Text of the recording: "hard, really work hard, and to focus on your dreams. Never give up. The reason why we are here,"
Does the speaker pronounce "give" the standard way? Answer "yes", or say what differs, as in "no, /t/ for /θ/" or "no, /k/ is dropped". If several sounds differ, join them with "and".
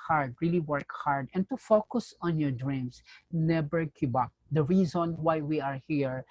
no, /b/ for /v/